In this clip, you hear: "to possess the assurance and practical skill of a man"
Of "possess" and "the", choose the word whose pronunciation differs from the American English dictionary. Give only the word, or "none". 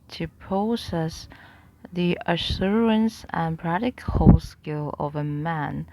possess